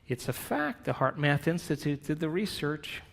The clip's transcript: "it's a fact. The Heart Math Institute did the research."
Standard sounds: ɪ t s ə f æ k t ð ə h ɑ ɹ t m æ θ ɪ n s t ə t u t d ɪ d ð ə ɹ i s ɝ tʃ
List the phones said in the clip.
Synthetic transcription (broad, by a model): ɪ t s ə f æ k t ð ə h ɑ ɹ t m æ θ ɪ n s t ə t u t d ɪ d ð ə ɹ i s ɝ tʃ